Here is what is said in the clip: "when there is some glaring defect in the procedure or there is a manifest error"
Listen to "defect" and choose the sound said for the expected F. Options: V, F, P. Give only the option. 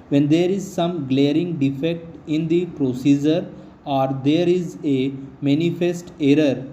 F